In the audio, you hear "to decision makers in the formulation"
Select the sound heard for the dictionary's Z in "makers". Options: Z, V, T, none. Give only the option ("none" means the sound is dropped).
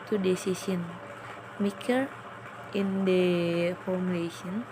none